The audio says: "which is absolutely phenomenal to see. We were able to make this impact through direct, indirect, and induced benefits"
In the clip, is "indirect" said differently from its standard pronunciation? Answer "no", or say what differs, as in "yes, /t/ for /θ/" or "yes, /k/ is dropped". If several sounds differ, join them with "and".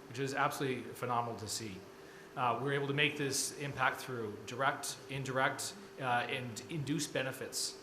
no